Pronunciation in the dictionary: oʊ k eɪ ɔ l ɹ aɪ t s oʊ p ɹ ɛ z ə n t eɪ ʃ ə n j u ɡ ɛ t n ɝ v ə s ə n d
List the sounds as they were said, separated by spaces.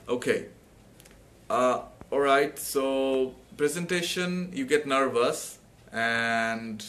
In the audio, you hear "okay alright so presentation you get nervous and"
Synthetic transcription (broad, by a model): oʊ k eɪ ɔ l ɹ aɪ t s oʊ p ɹ ɛ z ə n t eɪ ʃ ə n j u ɡ ɛ t n ɝ v ə s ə n d